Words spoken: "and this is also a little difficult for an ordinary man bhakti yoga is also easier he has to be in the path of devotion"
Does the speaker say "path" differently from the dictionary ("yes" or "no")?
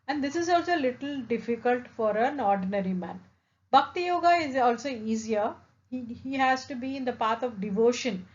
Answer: yes